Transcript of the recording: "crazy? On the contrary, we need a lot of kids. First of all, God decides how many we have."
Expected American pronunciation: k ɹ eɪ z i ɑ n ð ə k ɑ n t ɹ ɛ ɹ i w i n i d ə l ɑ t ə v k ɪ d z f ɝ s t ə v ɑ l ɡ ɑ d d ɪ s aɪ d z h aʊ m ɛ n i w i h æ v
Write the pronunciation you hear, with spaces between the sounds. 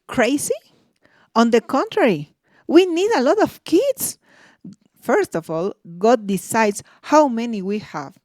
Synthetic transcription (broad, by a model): k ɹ eɪ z i ɑ n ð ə k ɑ n t ɹ ɛ ɹ i w i n i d ə l ɑ t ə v k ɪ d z f ɝ s t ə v ɑ l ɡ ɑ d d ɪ s aɪ d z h aʊ m ɛ n i w i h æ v